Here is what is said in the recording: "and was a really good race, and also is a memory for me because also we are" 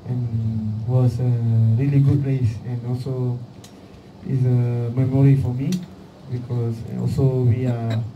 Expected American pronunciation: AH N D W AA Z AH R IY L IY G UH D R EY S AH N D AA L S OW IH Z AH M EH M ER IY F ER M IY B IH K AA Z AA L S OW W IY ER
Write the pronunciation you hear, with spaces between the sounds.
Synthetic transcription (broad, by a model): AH N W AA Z AH R IY L IY G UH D L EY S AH N AA L S OW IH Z AH M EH M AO IY F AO M IY B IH K AA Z AA L S OW W IY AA